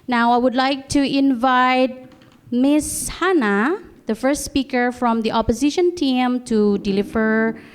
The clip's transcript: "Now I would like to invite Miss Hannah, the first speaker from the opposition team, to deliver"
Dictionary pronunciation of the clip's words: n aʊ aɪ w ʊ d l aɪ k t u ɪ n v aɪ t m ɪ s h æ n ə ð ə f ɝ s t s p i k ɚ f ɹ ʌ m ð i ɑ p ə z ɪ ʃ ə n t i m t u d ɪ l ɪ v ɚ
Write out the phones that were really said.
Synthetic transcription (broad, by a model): n aʊ aɪ w ʊ d l aɪ k t u ɪ n v aɪ t m ɪ s h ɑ n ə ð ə f ɝ s t s p i k ɚ f ɹ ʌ m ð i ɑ p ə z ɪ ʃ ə n t i m t u d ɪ l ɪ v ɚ